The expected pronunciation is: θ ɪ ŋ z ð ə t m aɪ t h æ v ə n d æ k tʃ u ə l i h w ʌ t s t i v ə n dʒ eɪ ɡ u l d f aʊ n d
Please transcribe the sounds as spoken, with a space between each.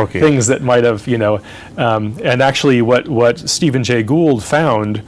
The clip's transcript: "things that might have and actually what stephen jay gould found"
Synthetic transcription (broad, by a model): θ ɪ ŋ z ð ə t m aɪ t h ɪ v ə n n æ k tʃ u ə w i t w ʌ t s t i v ə n dʒ eɪ ɡ u l d f aʊ n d